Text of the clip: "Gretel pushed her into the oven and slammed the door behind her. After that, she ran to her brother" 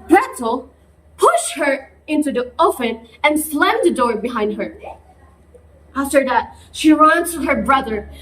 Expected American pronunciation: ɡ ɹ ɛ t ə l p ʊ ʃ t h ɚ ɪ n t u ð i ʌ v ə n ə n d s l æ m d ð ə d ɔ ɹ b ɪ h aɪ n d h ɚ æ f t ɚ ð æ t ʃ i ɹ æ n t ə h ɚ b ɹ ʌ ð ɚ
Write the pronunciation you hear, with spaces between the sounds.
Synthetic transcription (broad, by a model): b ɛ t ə l p ʊ ʃ t h ɚ ɪ n t u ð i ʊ f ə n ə n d s l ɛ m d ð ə d ɔ ɹ b ɪ h aɪ n d h ɚ æ f t ɚ ð æ t ʃ i ɹ æ n t ə h ɚ b ɹ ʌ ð ɚ